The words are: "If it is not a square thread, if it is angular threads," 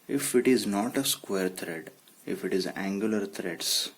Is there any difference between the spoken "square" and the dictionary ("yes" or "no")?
no